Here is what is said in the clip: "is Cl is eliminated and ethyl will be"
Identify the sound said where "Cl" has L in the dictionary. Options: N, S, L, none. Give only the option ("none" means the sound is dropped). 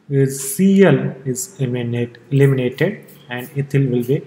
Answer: L